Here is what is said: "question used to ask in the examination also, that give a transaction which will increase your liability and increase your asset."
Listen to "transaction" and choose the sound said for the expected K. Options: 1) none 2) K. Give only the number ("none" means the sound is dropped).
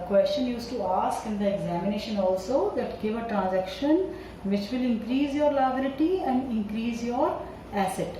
2